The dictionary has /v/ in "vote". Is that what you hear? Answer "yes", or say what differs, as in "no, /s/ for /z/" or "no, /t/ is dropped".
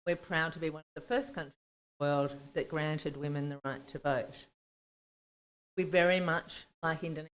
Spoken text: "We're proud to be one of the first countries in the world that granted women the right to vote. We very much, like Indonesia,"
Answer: yes